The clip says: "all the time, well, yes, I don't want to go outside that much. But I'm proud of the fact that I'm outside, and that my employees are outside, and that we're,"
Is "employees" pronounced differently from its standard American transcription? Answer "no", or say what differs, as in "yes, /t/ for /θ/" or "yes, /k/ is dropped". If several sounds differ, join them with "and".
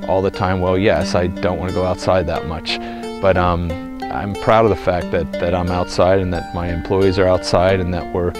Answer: no